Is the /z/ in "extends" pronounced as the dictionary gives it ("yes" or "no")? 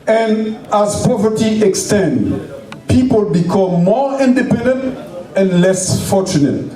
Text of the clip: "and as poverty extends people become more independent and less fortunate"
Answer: no